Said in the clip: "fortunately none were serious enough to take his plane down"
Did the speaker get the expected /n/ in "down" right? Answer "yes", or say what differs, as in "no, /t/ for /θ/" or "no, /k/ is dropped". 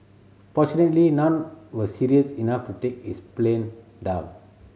no, /n/ is dropped